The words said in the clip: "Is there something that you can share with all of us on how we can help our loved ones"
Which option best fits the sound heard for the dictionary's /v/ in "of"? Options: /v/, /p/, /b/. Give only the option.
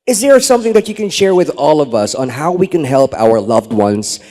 /v/